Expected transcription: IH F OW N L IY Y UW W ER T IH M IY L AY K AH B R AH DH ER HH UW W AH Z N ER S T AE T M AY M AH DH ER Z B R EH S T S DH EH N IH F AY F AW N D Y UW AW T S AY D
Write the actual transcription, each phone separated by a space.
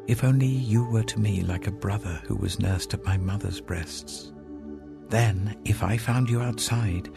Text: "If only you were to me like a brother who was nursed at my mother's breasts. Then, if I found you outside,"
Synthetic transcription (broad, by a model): IH F OW N L IY Y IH W ER T IH M IY L AY K AH B R AH DH ER HH UW W AH Z N ER S T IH T M AY M AH DH ER Z B R EH S T S DH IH N IH F AY F AW N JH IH AW T S AY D